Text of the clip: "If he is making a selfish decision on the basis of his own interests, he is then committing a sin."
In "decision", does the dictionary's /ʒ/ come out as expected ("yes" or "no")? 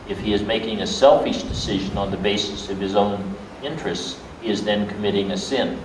yes